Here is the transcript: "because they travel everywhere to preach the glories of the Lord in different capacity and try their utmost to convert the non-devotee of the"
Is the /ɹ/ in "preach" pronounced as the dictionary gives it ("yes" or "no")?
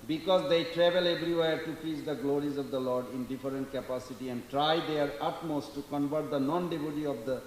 no